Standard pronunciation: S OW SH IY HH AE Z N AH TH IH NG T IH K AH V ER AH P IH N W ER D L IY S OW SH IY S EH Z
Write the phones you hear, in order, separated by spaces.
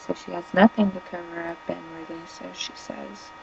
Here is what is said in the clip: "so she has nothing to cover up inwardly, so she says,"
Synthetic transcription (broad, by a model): S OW SH IY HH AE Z N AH T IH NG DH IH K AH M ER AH B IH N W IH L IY S OW SH IY S EH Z